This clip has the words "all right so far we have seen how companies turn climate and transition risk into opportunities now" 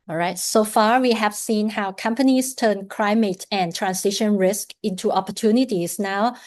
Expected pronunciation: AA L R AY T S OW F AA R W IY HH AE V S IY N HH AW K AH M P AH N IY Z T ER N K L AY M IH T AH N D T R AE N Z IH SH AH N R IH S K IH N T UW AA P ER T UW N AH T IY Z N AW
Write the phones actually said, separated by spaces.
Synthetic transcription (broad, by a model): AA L R AY T S OW F AA R W IY HH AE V S IY N HH AW K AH M P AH N IY S T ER N K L AY M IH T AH N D T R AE N S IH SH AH N R IH S K IH N T UW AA P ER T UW N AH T IY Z N AW